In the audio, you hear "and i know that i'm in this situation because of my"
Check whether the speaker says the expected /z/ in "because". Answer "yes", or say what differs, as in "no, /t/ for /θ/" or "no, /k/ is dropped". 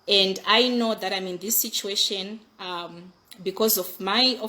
yes